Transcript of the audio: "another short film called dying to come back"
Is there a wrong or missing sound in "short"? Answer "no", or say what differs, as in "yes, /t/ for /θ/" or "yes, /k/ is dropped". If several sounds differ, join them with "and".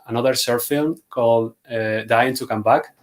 yes, /s/ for /ʃ/